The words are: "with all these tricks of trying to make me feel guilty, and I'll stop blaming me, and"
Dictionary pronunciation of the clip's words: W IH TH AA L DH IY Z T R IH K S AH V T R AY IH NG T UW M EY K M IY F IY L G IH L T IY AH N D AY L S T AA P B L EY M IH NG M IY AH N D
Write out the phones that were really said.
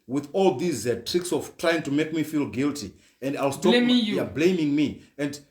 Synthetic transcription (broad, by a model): W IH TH AA L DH IY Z T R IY K S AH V T R AY IH NG T UW M EY K M IY F IY L G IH L T IY AH N D AY L S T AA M B L EY M IH NG M IY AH N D